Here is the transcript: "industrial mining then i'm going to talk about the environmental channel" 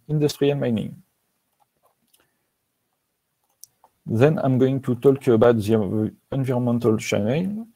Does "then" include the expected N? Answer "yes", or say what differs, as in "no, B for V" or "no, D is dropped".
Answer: yes